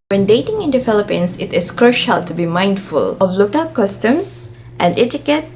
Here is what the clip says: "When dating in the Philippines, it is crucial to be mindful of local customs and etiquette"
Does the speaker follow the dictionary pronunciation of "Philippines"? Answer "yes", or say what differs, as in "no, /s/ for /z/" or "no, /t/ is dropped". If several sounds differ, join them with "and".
no, /s/ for /z/